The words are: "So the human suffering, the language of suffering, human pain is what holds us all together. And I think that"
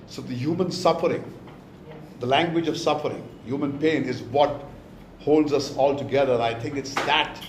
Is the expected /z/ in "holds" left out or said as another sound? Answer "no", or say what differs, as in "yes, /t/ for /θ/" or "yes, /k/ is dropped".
no